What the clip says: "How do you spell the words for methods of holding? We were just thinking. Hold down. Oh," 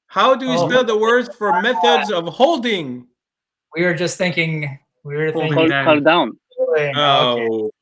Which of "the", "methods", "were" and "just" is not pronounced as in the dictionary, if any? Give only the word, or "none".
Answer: none